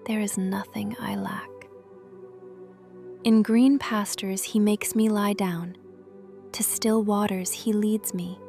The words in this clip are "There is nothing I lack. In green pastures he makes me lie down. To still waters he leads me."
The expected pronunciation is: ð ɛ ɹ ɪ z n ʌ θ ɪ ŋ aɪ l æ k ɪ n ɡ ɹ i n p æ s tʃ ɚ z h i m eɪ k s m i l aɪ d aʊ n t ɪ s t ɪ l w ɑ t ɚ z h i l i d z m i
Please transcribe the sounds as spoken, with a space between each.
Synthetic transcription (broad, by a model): ð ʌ ɹ ɪ z n ʌ θ ɪ ŋ aɪ l æ k ɪ n ɡ ɹ i n p æ s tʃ ɚ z h i m eɪ k s m i l aɪ d aʊ n t ɪ s t ɪ l w ɑ t ɚ z h i l i d z m i